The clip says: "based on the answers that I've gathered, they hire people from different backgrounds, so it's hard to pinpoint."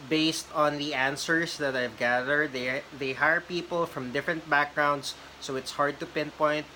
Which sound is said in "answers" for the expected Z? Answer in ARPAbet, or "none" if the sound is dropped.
S